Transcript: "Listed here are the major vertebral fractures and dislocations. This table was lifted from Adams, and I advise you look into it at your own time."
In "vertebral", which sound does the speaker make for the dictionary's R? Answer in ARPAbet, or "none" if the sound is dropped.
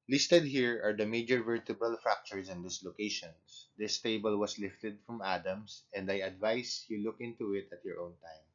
none